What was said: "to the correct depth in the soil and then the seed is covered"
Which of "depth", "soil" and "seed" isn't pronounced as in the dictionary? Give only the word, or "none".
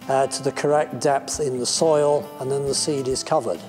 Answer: none